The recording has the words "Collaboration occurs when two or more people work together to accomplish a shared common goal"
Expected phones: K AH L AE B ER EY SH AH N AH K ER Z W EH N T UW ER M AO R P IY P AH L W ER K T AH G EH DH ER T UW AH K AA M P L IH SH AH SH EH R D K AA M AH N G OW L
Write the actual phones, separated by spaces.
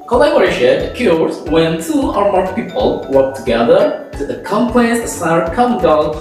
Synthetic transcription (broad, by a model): K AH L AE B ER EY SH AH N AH K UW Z W EH N T UW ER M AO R P IY P AH L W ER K T AH G EH DH ER T UW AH K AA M P L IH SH AH S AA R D K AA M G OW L